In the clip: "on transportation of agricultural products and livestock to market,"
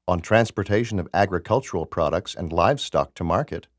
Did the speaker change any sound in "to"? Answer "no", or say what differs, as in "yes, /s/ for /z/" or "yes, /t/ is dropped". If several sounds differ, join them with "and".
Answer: no